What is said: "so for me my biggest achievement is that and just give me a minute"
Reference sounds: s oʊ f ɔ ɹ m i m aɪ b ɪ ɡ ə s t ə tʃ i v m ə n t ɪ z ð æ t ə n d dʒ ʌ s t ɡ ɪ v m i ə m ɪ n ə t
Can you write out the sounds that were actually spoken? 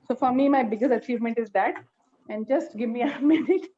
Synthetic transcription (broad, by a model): s oʊ f ɔ ɹ m i m aɪ b ɪ ɡ ə s t ə tʃ i v m ə n t ɪ z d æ t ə n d dʒ ʌ s t ɡ ɪ v m i ə m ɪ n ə t